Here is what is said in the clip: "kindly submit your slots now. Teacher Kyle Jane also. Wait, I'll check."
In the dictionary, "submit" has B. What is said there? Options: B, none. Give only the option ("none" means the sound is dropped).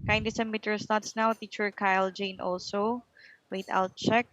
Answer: none